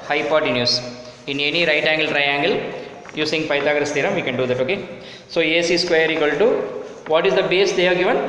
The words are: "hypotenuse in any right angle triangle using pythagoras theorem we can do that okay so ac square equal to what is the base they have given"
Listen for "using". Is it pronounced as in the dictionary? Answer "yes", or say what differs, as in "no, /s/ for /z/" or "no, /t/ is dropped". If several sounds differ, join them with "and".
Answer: no, /s/ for /z/